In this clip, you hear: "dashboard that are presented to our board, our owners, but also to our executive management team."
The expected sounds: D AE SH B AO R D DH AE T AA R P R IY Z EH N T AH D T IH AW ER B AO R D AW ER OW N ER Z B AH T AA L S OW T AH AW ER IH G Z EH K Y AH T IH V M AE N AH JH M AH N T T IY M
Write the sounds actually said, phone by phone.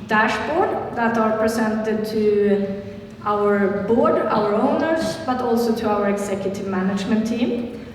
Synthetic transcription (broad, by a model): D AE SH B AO R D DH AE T AA R P R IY S EH N T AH D T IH AW ER B AO R D AW ER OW N ER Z B AH T AA L S OW T AH AW ER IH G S EH K Y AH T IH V M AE N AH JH M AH N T T IY M